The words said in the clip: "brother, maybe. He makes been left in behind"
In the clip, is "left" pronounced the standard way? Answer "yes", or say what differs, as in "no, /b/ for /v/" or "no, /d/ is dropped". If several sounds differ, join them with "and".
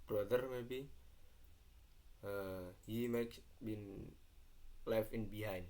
no, /t/ is dropped